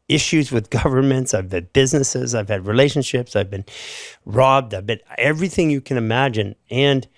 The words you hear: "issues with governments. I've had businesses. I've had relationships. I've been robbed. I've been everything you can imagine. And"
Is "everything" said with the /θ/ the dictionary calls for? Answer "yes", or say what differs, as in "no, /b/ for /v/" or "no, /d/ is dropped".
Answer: yes